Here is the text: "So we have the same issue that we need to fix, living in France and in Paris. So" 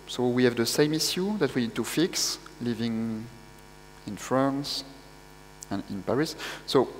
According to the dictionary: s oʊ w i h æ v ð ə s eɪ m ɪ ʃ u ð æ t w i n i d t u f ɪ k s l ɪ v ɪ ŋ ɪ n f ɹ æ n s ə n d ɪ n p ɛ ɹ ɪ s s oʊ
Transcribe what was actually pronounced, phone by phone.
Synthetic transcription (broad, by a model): s oʊ w i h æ v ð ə s eɪ m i s u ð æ t w i n i d t u f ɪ k s l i v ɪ ŋ ɪ n f ɹ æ n s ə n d ɪ n p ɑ ɹ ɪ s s oʊ